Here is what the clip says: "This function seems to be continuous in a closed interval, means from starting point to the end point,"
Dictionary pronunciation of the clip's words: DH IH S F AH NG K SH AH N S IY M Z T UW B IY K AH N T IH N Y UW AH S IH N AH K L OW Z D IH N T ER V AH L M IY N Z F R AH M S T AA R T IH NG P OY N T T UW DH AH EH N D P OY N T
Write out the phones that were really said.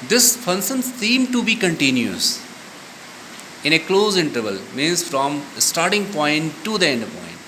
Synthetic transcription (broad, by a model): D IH S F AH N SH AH N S IY M T UW B IY K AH N T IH N Y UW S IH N AH K L OW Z IH N T ER V AH L M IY N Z F R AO M S T AA R T IH NG P OY N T T UW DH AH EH N D P OY N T